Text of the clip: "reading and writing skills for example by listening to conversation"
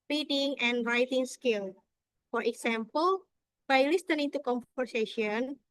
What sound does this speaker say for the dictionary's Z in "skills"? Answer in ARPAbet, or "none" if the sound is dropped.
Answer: none